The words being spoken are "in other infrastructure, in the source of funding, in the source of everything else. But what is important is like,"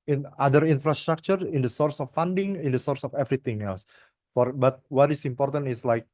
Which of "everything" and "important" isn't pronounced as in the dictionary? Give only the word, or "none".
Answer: everything